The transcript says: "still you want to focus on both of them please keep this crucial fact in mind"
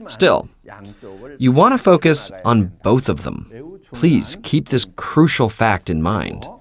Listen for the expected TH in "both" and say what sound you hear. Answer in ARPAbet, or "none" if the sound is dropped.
TH